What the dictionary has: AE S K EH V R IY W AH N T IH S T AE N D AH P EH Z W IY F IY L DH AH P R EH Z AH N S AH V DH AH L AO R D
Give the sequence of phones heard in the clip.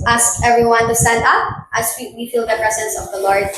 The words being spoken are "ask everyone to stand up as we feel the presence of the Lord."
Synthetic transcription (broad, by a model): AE S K EH V R IY W AH N T IH S T AE N D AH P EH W W IY F IY L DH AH P R EH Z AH N S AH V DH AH L AO R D